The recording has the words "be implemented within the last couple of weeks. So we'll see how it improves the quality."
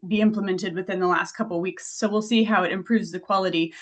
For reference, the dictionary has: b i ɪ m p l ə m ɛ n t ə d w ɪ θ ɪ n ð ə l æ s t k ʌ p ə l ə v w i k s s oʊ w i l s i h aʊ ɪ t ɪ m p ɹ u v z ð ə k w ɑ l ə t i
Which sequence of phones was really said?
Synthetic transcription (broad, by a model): b i ɪ m p l ə m ɛ n t ə d w ɪ θ ɪ n ð ə l æ s t k ʌ p l w i k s s oʊ w i l s i h aʊ ɪ t ɪ m p ɹ u v z ð ə k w ɑ l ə t i